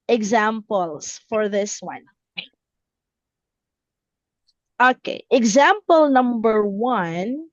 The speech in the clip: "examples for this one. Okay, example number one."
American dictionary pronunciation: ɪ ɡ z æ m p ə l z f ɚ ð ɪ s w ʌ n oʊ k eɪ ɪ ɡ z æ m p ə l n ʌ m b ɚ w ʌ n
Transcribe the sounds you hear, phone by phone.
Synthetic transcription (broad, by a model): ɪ ɡ z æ m p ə l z f ɚ ð ɪ s w ʌ n oʊ k eɪ ɪ ɡ z æ m p ə l n ʌ m b ɚ w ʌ n